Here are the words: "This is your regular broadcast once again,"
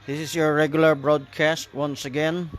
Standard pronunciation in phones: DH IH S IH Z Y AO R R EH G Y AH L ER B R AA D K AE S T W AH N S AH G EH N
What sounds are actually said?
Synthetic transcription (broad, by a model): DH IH S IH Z Y AO R R EH G Y AH L ER B R AA D K AE S T W AH N S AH G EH N